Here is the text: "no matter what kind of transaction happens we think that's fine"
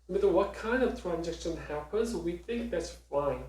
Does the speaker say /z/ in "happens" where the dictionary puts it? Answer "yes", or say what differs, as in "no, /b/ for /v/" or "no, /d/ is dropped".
yes